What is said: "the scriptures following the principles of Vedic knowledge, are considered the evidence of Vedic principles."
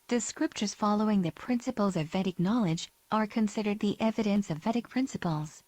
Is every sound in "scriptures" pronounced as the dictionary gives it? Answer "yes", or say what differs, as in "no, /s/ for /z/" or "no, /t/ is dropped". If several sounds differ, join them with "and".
yes